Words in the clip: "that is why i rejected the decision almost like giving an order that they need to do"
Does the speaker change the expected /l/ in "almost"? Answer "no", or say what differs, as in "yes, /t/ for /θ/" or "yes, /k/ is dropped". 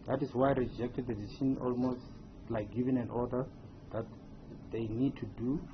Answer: no